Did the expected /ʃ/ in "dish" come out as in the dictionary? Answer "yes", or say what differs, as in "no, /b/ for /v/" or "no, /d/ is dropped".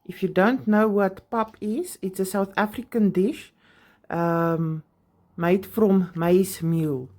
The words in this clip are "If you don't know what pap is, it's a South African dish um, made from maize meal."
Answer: yes